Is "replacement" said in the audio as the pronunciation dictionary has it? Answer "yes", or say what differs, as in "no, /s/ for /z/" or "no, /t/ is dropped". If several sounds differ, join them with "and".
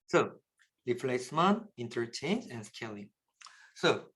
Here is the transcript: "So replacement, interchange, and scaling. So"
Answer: no, /l/ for /ɹ/ and /t/ is dropped